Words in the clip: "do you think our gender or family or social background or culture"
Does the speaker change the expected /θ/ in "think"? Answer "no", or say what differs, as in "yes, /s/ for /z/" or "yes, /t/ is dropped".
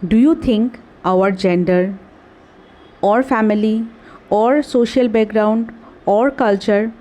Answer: yes, /t/ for /θ/